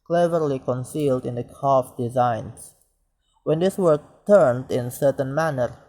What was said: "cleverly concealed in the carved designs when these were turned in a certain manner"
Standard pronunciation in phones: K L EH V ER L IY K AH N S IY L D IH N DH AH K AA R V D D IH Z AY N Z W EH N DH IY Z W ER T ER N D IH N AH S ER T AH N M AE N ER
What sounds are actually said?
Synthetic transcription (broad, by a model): K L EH V ER L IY K AH N S IY L D IH N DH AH K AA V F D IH Z AY N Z W EH N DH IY S W ER T ER N D IH N S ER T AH N M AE N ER